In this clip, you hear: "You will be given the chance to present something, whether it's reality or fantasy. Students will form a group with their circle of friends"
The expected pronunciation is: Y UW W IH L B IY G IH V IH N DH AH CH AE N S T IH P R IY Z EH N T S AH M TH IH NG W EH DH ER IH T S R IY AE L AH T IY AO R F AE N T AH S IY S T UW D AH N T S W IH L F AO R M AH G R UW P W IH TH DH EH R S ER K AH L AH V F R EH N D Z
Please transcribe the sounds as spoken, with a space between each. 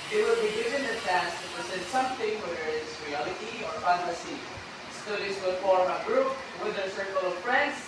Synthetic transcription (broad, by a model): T W IH L B IY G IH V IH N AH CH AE S T IH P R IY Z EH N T S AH M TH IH NG W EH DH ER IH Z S R IY AE L AH T IY AO R F AE N T AH S IY S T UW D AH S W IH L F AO R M AH G R UW P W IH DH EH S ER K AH L AH V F R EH N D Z